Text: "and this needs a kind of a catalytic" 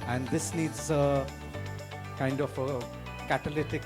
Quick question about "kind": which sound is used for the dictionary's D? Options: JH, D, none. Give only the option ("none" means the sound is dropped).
D